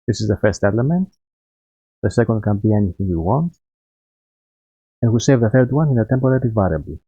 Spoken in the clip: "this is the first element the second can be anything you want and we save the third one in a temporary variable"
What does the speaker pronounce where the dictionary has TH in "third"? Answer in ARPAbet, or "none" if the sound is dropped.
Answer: TH